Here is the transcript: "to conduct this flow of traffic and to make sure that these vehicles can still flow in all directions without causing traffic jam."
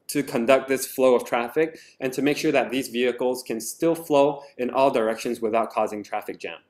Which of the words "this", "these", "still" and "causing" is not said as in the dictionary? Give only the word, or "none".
none